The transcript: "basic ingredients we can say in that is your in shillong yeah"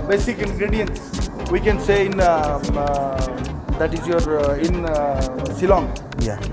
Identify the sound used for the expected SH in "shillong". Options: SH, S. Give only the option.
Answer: S